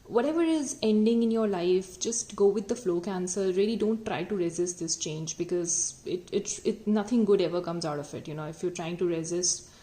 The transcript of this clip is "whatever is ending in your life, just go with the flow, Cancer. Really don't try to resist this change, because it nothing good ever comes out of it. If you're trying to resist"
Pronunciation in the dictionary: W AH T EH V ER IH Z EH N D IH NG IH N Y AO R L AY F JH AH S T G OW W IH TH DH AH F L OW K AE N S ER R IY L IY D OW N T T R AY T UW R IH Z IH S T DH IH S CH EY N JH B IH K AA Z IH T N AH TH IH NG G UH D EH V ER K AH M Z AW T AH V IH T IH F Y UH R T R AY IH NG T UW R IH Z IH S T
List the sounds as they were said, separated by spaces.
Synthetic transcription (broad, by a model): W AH T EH V ER IH Z EH N D IH NG IH N Y AO R L AY F JH AH S T G OW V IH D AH F L OW K AE N S ER R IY L IY D OW N T T R AY T UW R IH Z IH S T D IH S CH EY N JH B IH K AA Z IH T N AH T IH NG G UH D EH V ER K AH M Z AW T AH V IH T IH F Y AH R T R AY IH NG T UW R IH Z IH S T